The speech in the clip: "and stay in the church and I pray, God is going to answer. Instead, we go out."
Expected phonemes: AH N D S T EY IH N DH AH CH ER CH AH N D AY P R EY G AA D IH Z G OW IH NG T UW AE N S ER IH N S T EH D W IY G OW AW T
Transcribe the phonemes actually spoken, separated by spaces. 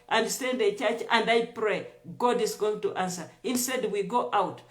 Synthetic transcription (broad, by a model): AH N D S T EY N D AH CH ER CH AH N D AY P R EY G AA D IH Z G OW IH NG T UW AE N S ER IH N S T EH D W IY G OW AW T